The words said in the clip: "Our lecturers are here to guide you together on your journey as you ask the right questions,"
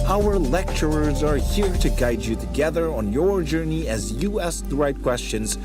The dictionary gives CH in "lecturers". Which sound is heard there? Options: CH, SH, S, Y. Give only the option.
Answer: CH